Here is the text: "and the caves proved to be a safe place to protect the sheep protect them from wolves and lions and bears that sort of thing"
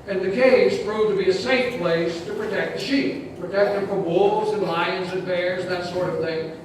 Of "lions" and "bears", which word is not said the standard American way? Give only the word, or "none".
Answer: none